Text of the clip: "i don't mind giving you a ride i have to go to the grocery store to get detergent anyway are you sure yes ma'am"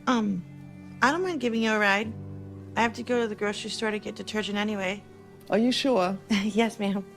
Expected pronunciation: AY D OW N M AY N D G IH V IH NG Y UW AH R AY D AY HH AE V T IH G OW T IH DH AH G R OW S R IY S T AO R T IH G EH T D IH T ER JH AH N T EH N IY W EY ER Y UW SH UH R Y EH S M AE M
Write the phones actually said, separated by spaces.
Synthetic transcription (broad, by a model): AY D OW N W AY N G IH V IH NG Y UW AH R AY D AY HH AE F T IH G OW T IH DH AH G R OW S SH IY S T AO R T IH G EH T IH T ER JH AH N EH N IY W EY ER Y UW SH UH R Y EH S M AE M